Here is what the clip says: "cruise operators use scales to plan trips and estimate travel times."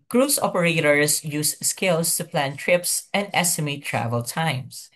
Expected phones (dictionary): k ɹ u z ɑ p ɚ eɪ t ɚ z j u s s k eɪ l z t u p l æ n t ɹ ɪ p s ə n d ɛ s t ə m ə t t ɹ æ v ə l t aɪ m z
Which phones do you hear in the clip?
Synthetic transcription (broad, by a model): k ɹ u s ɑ p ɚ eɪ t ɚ s j u s s k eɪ l s t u p l æ n t ɹ ɪ p s ə n d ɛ s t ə m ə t t ɹ æ v ə l t aɪ m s